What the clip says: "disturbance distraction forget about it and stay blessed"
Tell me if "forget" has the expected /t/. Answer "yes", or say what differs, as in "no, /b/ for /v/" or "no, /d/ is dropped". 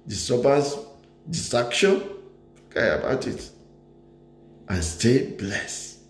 no, /t/ is dropped